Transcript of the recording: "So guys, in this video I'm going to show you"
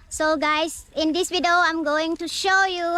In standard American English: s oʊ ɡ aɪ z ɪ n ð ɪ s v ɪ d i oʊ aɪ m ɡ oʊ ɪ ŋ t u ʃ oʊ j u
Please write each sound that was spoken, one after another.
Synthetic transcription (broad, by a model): s oʊ ɡ aɪ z ɪ n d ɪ s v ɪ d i oʊ aɪ m ɡ oʊ ɪ ŋ t u ʃ oʊ j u